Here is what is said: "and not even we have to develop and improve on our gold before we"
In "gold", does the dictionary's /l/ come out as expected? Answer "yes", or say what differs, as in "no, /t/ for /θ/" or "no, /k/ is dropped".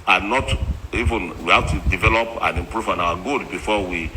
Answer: no, /l/ is dropped